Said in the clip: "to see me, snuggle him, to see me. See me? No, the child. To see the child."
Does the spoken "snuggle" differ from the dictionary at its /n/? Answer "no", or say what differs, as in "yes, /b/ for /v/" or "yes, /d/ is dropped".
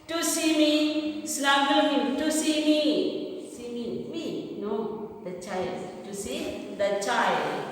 yes, /l/ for /n/